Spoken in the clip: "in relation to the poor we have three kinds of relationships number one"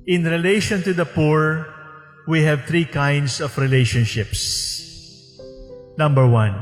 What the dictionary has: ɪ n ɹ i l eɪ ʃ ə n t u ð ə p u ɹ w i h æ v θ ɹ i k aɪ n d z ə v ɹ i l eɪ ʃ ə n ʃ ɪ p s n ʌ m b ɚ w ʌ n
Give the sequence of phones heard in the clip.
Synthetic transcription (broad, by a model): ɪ n ɹ i l eɪ ʃ ə n t u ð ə p u ɹ w i h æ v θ ɹ i k aɪ n d s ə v ɹ i l eɪ ʃ ə n ʃ ɪ p s n ʌ m b ɚ w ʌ n